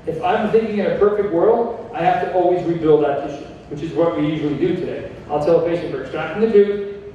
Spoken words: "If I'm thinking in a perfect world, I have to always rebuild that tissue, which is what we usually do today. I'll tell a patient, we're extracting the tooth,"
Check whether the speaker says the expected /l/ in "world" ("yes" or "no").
yes